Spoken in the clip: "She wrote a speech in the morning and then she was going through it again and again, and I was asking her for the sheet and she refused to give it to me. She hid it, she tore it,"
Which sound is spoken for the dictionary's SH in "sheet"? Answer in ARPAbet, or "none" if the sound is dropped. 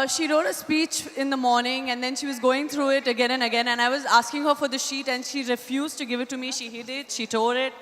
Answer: SH